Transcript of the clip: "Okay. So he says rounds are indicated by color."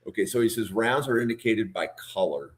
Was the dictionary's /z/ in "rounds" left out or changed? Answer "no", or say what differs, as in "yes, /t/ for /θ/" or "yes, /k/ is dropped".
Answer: no